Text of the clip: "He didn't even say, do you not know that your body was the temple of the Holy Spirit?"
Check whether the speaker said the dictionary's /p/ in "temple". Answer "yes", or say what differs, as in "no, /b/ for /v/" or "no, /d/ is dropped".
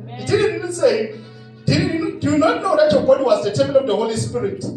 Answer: no, /p/ is dropped